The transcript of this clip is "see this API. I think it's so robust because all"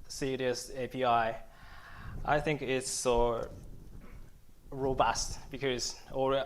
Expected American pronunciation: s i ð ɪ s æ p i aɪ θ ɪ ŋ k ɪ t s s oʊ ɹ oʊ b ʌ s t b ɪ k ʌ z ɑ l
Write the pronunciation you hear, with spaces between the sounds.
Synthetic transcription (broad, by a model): s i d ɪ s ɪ p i aɪ θ ɪ ŋ k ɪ t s s oʊ ɹ oʊ b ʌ s t b ɪ k ʌ z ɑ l